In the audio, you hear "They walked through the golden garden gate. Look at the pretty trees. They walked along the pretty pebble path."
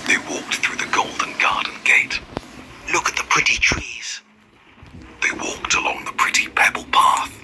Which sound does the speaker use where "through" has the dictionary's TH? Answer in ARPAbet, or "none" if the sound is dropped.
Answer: TH